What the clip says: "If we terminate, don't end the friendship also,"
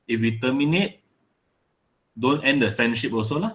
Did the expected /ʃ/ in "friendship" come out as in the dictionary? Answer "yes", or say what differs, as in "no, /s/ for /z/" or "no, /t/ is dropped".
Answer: yes